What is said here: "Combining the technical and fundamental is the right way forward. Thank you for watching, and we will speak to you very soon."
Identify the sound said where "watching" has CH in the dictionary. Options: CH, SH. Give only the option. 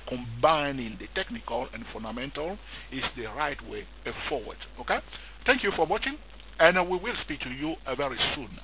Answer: CH